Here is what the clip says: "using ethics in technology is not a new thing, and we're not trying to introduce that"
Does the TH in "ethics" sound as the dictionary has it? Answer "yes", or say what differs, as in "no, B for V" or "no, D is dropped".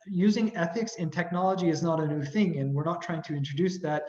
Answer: yes